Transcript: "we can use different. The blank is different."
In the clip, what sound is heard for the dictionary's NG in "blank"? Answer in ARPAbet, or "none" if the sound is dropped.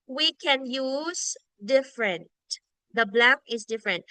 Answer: none